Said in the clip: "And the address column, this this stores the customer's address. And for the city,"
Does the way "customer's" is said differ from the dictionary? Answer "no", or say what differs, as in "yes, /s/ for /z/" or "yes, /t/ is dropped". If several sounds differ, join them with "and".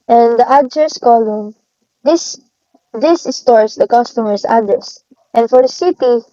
yes, /s/ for /z/